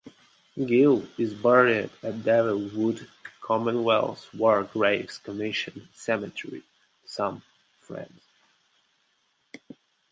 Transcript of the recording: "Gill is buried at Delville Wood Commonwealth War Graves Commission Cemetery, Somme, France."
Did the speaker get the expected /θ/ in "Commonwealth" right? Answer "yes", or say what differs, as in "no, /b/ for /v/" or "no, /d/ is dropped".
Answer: no, /s/ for /θ/